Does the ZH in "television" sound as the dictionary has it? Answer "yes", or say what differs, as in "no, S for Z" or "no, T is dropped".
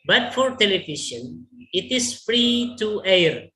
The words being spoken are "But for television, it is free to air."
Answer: no, SH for ZH